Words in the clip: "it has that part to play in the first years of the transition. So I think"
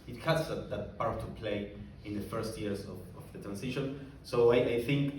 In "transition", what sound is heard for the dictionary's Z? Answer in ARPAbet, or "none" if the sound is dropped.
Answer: S